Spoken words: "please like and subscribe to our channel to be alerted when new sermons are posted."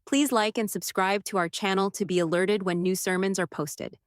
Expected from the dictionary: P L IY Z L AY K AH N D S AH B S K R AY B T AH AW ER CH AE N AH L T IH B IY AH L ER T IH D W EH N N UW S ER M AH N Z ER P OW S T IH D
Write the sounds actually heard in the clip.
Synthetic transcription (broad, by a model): P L IY Z L AY K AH N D S AH B S K R AY B T AH AW ER CH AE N L T IH B IY AH L ER T IH D W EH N N UW S ER M AH N Z ER P OW S T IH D